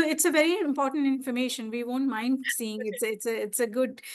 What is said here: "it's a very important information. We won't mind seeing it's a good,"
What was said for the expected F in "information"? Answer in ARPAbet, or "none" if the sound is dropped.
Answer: F